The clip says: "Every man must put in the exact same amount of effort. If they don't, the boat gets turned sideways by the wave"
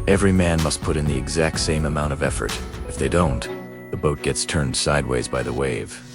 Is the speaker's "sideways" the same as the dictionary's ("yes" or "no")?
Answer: yes